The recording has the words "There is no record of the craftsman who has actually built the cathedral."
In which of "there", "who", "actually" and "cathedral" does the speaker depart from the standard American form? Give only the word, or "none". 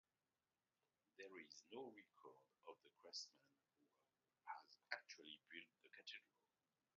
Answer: cathedral